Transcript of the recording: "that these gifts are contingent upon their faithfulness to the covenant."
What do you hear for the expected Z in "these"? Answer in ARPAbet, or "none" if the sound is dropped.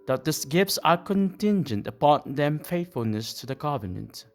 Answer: S